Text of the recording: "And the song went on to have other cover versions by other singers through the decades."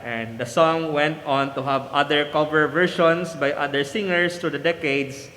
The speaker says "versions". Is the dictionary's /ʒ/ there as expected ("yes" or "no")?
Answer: no